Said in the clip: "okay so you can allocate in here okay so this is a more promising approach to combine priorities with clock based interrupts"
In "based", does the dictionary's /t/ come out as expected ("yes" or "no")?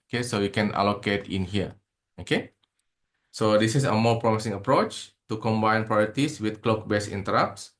no